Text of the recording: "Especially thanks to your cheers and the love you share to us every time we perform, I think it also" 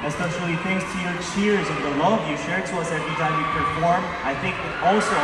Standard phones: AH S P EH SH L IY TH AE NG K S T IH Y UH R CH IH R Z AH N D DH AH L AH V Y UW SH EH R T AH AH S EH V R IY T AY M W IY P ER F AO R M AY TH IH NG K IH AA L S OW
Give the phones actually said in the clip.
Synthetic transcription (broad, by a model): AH S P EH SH L IY TH AE NG K S T IH Y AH R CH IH R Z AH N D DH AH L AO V Y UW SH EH R T AH AH S EH V R IY T AY M W IY P ER F AO R M AY TH IH NG K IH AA L S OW